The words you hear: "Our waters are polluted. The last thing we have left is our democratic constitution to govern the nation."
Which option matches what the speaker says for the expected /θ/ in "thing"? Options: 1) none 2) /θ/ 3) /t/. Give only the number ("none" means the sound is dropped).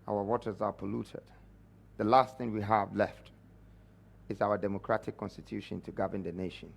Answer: 2